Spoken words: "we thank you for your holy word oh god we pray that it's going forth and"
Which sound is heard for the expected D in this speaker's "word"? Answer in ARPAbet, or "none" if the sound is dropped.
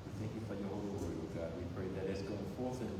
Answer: none